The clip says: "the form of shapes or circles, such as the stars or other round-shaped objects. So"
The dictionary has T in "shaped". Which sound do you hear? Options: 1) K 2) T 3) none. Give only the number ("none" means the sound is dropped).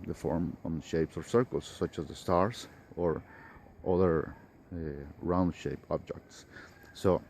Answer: 3